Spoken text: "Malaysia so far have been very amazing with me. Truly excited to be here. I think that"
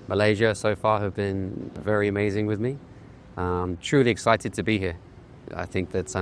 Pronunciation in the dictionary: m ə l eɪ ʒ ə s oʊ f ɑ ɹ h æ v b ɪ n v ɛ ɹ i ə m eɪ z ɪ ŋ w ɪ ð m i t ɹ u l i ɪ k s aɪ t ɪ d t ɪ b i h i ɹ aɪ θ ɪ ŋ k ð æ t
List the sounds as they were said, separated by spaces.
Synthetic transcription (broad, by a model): m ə l eɪ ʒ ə s oʊ f ɑ ɹ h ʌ v b ɪ n v ɛ ɹ i ə m eɪ z ɪ ŋ w ɪ ð m i t ɹ u l i ɪ k s aɪ t ɪ d t ɪ b i h i ɹ aɪ θ ɪ ŋ k ð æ t